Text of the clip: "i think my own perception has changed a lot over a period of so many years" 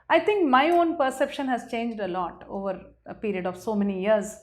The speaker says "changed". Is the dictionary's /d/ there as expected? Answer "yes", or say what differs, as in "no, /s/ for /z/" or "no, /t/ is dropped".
yes